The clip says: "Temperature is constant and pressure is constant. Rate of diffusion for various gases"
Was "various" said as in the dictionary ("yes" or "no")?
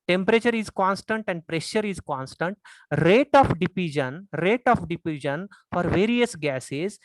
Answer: yes